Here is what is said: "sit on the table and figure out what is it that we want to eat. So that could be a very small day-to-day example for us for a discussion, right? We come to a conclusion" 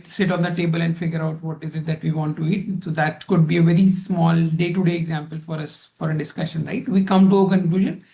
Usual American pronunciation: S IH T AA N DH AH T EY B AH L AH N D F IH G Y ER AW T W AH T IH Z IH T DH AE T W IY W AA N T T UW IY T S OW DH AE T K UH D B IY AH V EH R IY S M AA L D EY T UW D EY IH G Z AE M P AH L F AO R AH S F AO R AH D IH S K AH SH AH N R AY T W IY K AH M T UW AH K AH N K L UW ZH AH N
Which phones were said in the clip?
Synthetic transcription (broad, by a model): S IH T AA N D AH T EY B AH L AH N D F IH G Y ER AW T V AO T IH Z IH T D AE T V IY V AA N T T UW IY T S OW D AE T K UH D B IY AH V EH R IY S M AA L D EY T UW D EY IH G Z AE M P AH L F AO R AH S F AO R AH D IH S K AH SH AH N R AY T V IY K AH M T UW AH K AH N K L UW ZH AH N